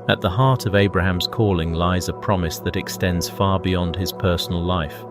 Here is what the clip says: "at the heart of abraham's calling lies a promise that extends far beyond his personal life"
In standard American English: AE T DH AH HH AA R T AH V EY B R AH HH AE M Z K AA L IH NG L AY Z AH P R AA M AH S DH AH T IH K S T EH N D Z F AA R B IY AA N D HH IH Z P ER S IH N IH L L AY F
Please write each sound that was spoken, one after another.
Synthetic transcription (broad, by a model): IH T DH AH HH AA R T AH V EY B R AH HH AE M Z K AA L IH NG L AY Z AH P R AA M AH S DH AH T IH K S T EH N D Z F AA R B IY AA N D IH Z P ER S N L L AY F